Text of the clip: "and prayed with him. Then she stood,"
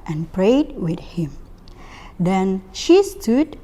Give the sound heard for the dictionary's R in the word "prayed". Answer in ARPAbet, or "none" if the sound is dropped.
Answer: R